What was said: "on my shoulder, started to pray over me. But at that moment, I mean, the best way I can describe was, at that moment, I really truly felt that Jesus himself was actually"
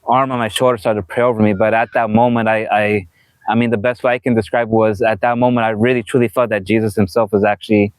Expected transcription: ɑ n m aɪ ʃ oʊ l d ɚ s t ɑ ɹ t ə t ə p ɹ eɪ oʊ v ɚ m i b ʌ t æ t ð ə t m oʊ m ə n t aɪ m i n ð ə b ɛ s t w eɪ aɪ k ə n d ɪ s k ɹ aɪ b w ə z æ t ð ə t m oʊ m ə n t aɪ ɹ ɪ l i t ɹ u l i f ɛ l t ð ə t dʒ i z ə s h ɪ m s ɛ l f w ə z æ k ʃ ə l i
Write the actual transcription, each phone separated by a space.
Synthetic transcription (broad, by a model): ɑ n m aɪ ʃ oʊ l d ɚ s t ɑ ɹ t ə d p ɹ eɪ oʊ v ɚ m i b ʌ t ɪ t ð ə t m oʊ m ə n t aɪ m i n ð ə b ɛ s t w eɪ aɪ k ə n d ɪ s k ɹ aɪ b w ə z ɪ t ð ə t m oʊ m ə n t aɪ ɹ ɪ l i t ɹ u l i f ɛ l t ð ə t dʒ i z ə s h ɪ m s ɛ l f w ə z æ k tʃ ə l i